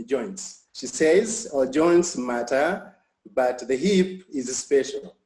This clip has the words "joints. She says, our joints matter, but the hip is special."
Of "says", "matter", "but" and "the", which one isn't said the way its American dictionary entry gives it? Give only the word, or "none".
none